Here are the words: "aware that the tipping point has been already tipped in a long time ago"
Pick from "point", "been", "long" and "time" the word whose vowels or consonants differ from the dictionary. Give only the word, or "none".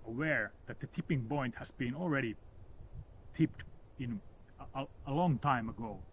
point